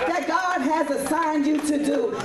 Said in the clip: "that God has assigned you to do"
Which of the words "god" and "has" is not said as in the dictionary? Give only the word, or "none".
none